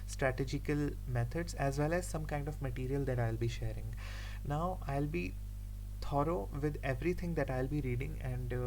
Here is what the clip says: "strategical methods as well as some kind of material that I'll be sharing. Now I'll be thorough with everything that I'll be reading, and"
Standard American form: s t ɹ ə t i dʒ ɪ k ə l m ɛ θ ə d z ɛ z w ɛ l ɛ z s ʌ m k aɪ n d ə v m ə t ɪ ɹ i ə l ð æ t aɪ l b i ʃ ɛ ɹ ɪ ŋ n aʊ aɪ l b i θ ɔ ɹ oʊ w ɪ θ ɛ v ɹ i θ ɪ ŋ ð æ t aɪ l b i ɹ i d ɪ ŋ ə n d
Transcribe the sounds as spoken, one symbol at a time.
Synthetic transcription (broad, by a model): s t ɹ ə t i dʒ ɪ k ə l m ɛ t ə d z ɛ z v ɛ l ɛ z s ʌ m k aɪ n d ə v m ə t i ɹ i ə l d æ t aɪ l b i ʃ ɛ ɹ ɪ ŋ n aʊ aɪ l b i t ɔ ɹ oʊ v ɪ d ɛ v ɹ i t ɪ ŋ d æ t aɪ l b i ɹ i d ɪ ŋ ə n d